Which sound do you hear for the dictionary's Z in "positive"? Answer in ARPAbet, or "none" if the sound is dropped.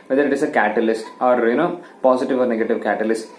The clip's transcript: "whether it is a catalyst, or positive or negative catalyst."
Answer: S